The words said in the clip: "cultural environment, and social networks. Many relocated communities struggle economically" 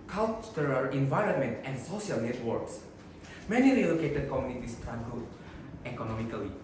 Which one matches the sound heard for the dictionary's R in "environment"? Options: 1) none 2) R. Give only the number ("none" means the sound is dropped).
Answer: 2